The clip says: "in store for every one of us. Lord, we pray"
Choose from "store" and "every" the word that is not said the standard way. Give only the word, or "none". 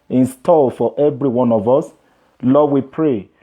store